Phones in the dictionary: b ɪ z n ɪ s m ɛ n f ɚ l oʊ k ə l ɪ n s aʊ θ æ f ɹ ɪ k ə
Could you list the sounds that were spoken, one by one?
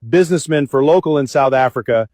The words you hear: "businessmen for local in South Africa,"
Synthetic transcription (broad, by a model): b ɪ z n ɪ s m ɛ n f ɚ l oʊ k l ɪ n s aʊ θ æ f ɹ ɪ k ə